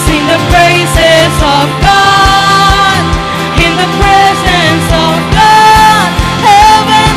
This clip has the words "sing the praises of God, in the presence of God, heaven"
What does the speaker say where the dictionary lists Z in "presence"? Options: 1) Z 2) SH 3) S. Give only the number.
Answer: 1